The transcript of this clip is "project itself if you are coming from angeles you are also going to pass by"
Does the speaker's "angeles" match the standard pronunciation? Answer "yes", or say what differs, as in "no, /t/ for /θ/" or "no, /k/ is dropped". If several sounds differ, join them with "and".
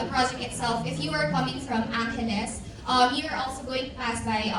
no, /n/ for /l/